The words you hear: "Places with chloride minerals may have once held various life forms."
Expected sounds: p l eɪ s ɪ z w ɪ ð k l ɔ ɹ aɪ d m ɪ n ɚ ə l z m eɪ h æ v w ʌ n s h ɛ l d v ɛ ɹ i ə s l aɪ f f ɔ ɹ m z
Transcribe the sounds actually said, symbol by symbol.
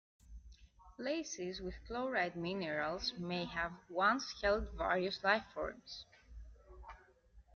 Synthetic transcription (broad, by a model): p l eɪ s ɪ z w ɪ ð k l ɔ ɹ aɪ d m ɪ n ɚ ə l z m eɪ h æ v w ʌ n s h ɛ l d v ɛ ɹ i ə s l aɪ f f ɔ ɹ m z